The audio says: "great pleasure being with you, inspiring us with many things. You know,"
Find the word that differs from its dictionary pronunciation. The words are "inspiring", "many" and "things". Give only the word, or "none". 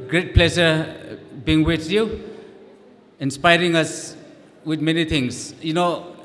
things